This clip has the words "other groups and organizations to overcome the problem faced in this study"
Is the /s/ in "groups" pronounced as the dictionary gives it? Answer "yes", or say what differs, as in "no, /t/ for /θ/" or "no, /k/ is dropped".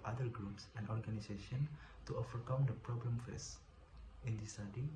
yes